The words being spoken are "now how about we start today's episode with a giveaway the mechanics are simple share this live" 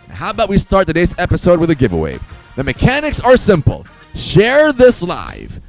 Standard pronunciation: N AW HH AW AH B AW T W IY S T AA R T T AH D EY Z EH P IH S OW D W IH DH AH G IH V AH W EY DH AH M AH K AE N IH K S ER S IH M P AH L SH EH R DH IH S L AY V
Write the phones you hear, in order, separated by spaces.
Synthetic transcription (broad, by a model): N HH AW AH B AW T W IY S T AA R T T AH D EY Z EH P IH S OW D W IH DH AH G IH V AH W EY DH AH M AH K AE N IH K S ER S IH M P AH L SH EH R DH IH S L AY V